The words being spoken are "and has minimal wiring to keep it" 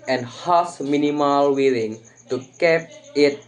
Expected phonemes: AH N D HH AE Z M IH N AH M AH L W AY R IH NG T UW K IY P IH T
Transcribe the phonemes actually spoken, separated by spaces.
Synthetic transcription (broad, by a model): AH N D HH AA S M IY N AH M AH L W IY L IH NG T UW K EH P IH T